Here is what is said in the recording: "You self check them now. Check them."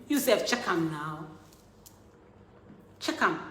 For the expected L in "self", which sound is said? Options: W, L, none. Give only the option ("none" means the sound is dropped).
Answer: none